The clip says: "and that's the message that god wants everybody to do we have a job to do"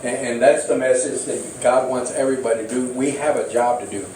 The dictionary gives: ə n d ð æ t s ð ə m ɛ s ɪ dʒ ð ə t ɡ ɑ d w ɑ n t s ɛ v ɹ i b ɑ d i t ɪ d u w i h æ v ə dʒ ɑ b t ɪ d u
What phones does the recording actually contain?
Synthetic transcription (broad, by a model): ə n ð æ t s ð ə m ɛ s ɪ dʒ ð ə t ɡ ɑ d w ɑ n t s ɛ v ɹ i b ɑ d i t ɪ d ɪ w i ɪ v ə dʒ ɑ b t ɪ d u